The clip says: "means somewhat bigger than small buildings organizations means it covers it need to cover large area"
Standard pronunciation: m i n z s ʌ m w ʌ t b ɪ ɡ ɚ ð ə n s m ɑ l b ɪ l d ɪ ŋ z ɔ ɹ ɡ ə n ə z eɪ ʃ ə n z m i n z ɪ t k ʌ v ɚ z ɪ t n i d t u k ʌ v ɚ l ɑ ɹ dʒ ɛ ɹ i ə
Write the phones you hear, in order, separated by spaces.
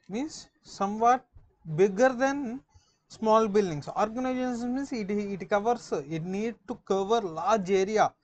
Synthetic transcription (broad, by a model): m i n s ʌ m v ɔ t b ɪ ɡ ɚ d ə n s m ɑ l b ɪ l d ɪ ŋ s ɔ ɹ ɡ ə n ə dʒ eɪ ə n s m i n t ɪ t k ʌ v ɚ s ɪ t n i d t u k ʌ v ɚ l ɑ ɹ dʒ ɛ ɹ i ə